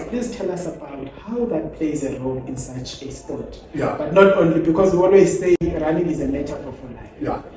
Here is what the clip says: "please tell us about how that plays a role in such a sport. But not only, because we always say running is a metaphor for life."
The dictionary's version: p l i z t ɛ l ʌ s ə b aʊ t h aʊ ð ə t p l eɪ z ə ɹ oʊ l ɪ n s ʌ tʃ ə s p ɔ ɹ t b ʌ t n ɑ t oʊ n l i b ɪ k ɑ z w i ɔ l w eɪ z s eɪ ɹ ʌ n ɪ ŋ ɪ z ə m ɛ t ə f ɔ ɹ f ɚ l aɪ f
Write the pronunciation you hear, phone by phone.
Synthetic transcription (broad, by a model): p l i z t ɛ l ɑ s ə b aʊ t h aʊ ð ə t p l eɪ z ə ɹ oʊ l ɪ n s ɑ tʃ ə s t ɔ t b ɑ t n ɑ t oʊ n l i b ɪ k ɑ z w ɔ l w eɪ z s eɪ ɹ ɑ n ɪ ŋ ɪ z ə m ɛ t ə ɔ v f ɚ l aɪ